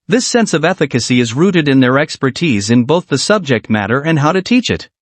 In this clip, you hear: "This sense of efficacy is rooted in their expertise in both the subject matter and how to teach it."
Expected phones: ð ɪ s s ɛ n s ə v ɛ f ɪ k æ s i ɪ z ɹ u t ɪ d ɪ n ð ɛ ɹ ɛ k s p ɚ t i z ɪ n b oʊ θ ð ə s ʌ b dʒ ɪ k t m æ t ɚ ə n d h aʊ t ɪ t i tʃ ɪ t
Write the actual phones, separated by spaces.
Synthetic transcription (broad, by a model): ð ɪ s s ɛ n s ə v ɛ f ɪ k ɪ s i ɪ z ɹ u t ɪ d ɪ n ð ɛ ɹ ɛ k s p ɚ t i z ɪ n b oʊ θ ð ə s ʌ b dʒ ɪ k t m æ t ɚ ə n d h aʊ t ɪ t i tʃ ɪ t